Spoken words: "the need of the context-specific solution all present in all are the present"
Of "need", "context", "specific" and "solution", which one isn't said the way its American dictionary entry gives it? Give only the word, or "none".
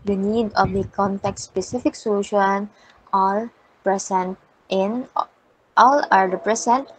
context